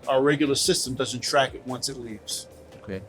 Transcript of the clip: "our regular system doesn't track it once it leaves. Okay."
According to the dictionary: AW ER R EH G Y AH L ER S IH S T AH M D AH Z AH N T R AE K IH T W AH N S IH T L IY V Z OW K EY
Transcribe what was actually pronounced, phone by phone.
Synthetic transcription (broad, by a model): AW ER R EH G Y L ER S IH S T AH M D AH Z AH N T R AE K IH T W AH N S IH T L IY V Z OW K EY